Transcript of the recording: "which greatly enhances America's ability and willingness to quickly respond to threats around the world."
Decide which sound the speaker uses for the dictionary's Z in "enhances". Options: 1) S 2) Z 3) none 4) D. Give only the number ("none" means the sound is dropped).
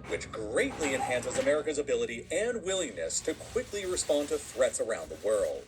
2